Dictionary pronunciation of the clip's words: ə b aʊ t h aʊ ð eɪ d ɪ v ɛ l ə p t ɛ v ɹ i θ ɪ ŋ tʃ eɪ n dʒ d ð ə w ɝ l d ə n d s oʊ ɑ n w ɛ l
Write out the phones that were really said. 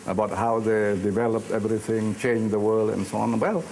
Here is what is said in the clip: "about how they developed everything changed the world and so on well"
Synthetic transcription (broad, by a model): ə b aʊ t h aʊ ð eɪ d ɪ v ɛ l ə p t ɛ v ɹ i θ ɪ ŋ tʃ eɪ n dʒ ð ə w ɝ l d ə n s oʊ ɑ n w ɛ l